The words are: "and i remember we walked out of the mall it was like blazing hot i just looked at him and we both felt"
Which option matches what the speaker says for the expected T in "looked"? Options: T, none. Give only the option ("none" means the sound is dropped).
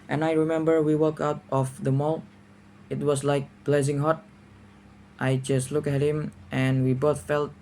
none